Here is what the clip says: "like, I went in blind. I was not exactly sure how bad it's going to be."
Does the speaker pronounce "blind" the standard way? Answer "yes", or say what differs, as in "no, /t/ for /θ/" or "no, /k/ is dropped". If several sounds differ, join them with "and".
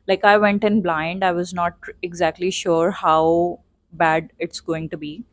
yes